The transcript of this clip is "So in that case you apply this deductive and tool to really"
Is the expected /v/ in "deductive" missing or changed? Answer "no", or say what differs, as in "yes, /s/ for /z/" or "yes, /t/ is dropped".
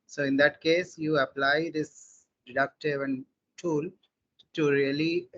no